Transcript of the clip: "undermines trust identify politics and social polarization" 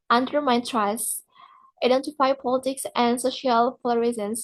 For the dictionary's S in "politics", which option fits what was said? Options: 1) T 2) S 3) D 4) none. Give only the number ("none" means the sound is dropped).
2